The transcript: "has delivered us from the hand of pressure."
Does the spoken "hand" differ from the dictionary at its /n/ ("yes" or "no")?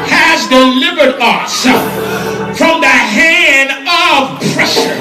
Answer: no